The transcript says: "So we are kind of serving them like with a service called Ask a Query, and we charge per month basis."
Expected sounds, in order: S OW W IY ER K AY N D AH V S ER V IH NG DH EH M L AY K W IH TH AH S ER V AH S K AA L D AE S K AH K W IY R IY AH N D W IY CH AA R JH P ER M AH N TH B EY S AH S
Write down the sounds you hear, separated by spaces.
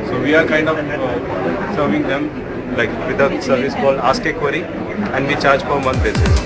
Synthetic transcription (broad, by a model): S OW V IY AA K AY N D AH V S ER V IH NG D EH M L AY K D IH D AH S ER V AH S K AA L AA S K AH K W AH R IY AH N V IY CH AA R JH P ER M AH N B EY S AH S